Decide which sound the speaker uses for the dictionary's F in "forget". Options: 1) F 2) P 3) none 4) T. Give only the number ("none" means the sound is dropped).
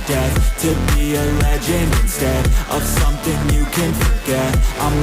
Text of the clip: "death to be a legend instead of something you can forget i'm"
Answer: 1